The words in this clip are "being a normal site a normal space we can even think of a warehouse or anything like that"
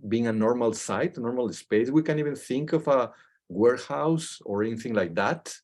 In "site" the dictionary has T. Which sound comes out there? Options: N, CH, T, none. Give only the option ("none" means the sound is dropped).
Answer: T